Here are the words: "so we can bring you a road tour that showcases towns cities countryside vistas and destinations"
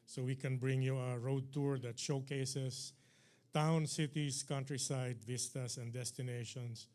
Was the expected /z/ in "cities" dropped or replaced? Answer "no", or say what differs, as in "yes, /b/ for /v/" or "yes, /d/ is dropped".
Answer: yes, /s/ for /z/